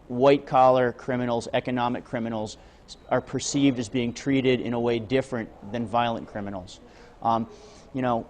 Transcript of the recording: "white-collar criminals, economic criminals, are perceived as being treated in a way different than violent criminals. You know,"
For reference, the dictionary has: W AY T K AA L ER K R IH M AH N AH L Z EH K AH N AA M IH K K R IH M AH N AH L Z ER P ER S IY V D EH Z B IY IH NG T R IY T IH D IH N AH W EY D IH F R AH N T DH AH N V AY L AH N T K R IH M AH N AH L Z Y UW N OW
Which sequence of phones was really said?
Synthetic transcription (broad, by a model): W AY T K AA L ER K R IH M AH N L Z EH K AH N AA M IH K K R IH M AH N L Z ER P ER S IY V D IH Z B IY IH NG T R IY T IH D IH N AH W EY D IH F R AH N DH AH N V AY L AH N K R IH M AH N L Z Y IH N OW